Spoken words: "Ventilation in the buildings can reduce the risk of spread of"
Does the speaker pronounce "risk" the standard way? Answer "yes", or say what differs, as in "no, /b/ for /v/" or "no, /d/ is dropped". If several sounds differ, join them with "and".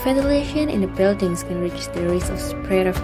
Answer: no, /k/ is dropped